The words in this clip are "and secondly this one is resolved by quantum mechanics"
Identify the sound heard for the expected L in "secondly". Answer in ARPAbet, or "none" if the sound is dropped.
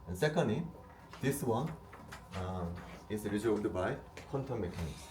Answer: none